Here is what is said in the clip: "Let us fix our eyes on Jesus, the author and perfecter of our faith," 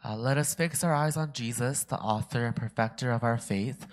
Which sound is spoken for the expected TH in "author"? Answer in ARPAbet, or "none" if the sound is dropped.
TH